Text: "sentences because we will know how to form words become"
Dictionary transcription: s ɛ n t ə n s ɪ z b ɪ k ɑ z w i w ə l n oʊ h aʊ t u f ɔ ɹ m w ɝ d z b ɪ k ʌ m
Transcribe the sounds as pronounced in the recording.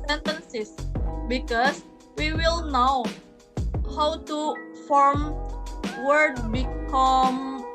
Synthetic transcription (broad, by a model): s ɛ n t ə n s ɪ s b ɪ k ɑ s w i w ə l n oʊ h aʊ t u f ɔ ɹ m w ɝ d b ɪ k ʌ m